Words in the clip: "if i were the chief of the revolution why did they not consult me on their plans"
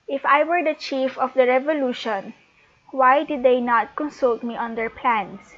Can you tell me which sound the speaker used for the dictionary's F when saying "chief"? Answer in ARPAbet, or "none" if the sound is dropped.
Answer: F